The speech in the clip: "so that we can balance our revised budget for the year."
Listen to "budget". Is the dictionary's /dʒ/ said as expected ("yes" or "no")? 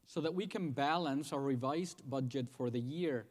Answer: yes